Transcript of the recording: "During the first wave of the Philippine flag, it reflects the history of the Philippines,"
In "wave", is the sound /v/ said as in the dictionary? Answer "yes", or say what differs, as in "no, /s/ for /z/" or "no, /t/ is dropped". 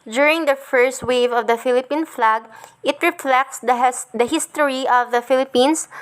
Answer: yes